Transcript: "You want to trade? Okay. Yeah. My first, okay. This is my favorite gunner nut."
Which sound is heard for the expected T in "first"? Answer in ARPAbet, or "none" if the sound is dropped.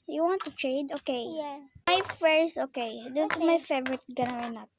none